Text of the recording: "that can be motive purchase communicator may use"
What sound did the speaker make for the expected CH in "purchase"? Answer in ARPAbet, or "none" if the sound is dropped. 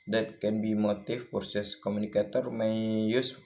S